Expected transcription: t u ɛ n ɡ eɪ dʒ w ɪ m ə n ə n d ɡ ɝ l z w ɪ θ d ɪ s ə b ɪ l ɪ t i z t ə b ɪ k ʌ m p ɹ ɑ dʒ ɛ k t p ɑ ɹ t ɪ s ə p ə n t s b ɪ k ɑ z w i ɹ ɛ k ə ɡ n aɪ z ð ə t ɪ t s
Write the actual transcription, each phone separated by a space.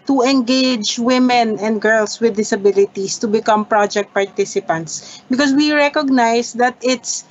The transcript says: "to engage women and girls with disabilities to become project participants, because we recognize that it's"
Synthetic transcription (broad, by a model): t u ɛ n ɡ eɪ dʒ w ɪ m ə n ə n d ɡ ɝ l s w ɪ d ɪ s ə b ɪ l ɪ t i s t ə b ɪ k ʌ m p ɹ ɑ dʒ ɛ k t p ɑ ɹ t ɪ s ə p ə n t s b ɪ k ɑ s w i ɹ ɛ k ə ɡ n aɪ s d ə t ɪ t s